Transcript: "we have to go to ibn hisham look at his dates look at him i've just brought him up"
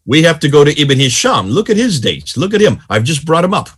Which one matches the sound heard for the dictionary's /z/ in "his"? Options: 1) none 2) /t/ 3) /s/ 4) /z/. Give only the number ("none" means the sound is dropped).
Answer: 4